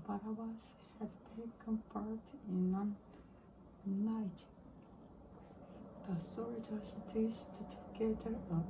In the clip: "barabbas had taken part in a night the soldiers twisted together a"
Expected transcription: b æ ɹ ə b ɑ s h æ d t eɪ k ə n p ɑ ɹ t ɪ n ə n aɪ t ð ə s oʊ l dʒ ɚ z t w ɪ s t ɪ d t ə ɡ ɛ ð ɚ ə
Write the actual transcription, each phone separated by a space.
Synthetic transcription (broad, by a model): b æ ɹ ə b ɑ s h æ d t eɪ k ə n p ɑ ɹ t ɪ n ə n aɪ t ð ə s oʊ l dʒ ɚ s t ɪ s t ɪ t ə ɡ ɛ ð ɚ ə